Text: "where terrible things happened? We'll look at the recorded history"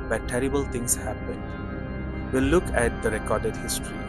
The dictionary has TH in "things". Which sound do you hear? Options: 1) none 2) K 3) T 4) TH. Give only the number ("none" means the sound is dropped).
3